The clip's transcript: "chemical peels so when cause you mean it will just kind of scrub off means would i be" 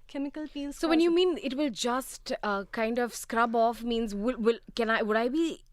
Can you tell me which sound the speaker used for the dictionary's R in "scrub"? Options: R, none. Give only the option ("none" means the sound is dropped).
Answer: R